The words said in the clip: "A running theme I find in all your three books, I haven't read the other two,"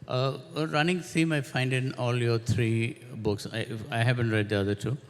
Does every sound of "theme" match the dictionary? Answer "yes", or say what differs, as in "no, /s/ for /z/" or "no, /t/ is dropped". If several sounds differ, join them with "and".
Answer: no, /s/ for /θ/